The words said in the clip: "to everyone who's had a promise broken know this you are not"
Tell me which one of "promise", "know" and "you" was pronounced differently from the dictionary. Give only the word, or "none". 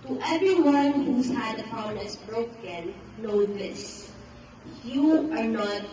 promise